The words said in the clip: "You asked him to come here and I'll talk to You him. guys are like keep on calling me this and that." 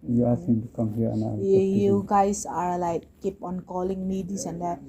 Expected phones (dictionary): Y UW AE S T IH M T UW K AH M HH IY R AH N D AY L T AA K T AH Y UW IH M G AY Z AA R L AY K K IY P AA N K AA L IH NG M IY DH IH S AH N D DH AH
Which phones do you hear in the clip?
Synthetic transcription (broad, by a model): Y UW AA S IH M T UW K AH M HH IY R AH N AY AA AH Y UW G AY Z AA R L AY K K IY P AA N K AA L IH NG M IY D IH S AH N D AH